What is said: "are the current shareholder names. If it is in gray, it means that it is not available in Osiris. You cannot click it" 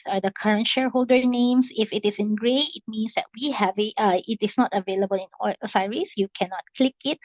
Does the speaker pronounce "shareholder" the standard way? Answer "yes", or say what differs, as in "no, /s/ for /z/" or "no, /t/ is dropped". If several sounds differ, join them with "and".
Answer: yes